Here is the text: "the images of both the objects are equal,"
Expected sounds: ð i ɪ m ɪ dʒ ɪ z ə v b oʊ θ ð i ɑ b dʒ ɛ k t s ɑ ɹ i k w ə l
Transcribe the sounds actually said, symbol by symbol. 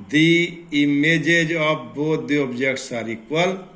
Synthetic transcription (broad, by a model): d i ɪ m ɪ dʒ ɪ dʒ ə p b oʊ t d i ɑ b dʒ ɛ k t s ɑ ɹ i k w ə l